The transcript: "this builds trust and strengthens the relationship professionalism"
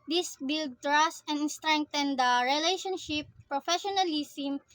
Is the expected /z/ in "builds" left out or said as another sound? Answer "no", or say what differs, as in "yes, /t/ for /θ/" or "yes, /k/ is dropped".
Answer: yes, /z/ is dropped